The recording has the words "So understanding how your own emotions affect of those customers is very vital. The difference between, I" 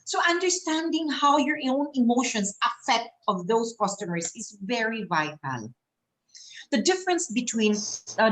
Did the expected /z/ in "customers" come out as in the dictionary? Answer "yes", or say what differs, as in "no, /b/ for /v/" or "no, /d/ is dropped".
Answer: no, /s/ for /z/